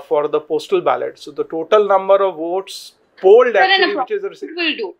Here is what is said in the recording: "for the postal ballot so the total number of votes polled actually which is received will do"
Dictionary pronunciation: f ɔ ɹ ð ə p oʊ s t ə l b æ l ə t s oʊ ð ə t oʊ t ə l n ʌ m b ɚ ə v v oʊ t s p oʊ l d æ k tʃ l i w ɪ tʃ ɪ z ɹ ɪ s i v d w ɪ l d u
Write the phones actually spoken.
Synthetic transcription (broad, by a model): f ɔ ɹ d ə p oʊ s t ə l b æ l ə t s oʊ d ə t oʊ t ə l n ʌ m b ɚ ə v v oʊ t s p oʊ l d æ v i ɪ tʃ ɪ z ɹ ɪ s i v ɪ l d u